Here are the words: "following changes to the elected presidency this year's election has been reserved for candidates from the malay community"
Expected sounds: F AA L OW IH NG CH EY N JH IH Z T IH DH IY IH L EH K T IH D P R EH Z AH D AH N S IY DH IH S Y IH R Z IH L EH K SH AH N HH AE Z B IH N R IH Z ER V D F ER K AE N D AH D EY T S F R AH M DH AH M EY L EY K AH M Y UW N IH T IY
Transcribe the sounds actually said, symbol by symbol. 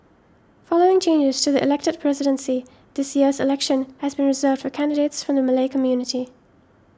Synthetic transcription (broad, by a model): F AA L OW IH NG CH EY N JH IH Z T IH DH IY IH L EH K T IH D P R EH Z AH D AH N S IY DH IH S Y IH R Z IH L EH K SH AH N HH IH Z B IH N R IH Z ER V D F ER K AE N D AH D EY T S F R AH M DH AH M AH L EY K AH M Y UW N IH T IY